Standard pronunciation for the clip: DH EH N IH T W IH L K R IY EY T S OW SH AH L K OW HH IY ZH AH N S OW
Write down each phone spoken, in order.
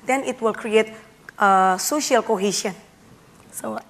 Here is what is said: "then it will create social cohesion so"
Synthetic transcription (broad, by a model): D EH N IH T W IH L K R IY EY T S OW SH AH L K OW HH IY SH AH N S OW